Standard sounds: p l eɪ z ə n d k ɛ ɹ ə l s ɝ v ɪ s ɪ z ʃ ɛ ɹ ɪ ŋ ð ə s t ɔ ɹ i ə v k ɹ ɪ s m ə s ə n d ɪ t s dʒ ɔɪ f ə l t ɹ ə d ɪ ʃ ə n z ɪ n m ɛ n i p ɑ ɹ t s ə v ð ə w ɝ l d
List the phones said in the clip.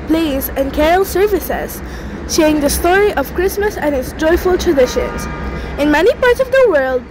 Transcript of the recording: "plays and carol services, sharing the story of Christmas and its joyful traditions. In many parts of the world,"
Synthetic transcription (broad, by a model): p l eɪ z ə n k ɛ ɹ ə l s ɝ v ɪ s ɪ z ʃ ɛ ɪ ŋ ð ə s t ɔ ɹ i ə v k ɹ ɪ s m ə s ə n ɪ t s dʒ ɔɪ f ə l t ɹ ə d ɪ ʃ ə n z ɪ n m ɛ n i p ɑ ɹ t s ə v ð ə w ɝ l d